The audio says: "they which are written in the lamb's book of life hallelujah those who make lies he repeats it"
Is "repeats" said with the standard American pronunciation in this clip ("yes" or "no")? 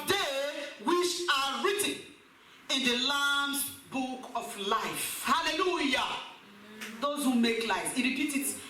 no